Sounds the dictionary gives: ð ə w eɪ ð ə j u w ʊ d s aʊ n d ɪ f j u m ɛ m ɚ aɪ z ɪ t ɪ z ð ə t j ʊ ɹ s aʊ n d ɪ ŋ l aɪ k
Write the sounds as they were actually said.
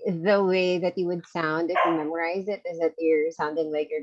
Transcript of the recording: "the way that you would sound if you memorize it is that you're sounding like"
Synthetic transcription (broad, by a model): ð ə w eɪ ð ə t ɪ w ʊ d s aʊ n d ɪ f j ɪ m ɛ m ɚ aɪ z ɪ t ɪ z ð ə t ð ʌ ɹ s aʊ n d ɪ ŋ l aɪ k